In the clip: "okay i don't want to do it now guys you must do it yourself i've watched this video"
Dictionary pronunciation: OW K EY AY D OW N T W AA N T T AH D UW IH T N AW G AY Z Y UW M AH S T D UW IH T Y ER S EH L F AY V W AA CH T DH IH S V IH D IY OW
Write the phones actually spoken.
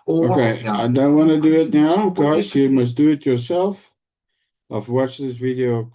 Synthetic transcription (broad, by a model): OW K EY AY D OW N T W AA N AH D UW IH T N AW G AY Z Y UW M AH S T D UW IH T Y ER S EH L F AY F W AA CH DH IH S V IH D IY OW